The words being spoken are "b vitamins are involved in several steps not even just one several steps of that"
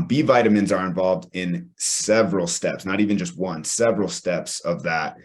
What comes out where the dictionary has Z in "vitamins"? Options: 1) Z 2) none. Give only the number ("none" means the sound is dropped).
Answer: 1